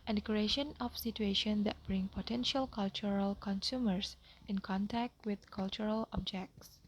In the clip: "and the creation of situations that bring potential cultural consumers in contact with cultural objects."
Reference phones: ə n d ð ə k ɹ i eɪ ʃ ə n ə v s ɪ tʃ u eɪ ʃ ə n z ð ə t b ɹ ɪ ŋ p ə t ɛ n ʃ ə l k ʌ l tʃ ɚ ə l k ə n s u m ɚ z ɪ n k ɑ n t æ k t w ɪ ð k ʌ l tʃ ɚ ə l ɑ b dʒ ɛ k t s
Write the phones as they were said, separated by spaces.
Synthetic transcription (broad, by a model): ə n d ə k ɹ i eɪ ʃ ə n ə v s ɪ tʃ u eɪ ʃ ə n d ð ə t b ɹ ɪ ŋ p ə t ɛ n ʃ ə l k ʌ l tʃ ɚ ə l k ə n s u m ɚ s ɪ n k ɑ n t æ k t w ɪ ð k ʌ l tʃ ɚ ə l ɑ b dʒ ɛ k t s